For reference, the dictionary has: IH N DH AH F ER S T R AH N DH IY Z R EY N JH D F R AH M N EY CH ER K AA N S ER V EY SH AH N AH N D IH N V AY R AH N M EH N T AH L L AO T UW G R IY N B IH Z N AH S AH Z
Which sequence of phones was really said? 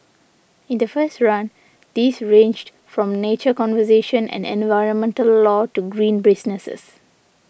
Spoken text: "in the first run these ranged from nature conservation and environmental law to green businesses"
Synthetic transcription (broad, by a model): IH N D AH F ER S T R AH N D IY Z R EY N JH D F R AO M N EY CH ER K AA N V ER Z EY SH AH N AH N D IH N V AY R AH N M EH N T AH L L AO T UW G R IY N B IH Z N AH S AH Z